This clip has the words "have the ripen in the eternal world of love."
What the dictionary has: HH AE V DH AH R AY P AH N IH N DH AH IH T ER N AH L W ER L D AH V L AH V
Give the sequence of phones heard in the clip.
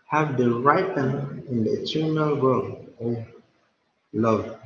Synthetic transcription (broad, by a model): HH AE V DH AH R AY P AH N IH N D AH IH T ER N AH L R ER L AH V L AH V